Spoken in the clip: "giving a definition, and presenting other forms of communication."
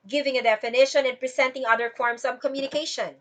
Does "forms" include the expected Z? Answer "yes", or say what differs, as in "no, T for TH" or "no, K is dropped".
no, S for Z